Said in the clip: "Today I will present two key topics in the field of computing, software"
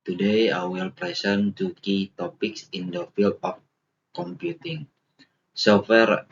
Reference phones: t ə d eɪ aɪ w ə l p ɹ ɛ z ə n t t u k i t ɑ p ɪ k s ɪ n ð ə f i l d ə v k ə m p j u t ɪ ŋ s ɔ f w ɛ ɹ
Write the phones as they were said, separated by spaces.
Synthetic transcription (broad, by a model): t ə d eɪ aɪ w ə l p ɹ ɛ s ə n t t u k i t ɑ p ɪ k s ɪ n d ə f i l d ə f k ə m p j u t ɪ ŋ s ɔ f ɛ ɹ